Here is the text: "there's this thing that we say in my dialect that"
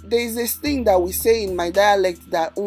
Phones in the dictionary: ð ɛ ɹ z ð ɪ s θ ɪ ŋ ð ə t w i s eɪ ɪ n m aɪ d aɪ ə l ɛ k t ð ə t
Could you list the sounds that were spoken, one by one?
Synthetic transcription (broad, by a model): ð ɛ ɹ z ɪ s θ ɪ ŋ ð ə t w i s eɪ ɪ n m aɪ d aɪ ə l ɛ k t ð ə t